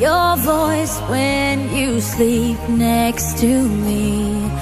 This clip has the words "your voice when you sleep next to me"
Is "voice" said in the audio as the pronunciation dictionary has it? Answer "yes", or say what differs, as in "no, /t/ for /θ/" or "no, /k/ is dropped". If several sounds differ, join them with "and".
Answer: yes